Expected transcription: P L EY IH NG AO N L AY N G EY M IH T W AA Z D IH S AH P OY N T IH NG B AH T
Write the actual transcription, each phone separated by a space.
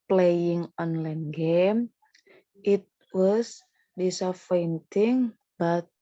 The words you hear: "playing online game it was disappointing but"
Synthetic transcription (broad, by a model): P L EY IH NG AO N L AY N G EY M IH T W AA S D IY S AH F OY N T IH NG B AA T